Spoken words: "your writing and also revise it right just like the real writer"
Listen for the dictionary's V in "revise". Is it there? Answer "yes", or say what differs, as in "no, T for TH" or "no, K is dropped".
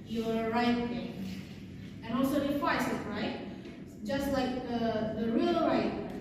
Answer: no, W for V